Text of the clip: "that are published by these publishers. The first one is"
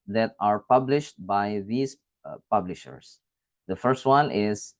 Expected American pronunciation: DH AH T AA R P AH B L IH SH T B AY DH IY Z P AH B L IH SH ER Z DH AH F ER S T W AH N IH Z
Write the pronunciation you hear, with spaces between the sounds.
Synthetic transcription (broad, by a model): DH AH T AA R P AH B L IH SH T B AY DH IY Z P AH B L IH SH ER S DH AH F ER S T W AH N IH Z